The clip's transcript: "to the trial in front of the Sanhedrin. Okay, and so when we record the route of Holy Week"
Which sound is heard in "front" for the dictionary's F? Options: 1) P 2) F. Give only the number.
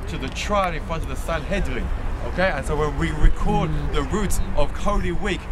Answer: 2